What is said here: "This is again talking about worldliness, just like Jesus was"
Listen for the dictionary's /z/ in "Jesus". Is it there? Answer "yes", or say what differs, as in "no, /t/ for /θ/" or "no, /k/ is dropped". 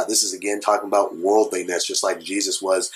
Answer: yes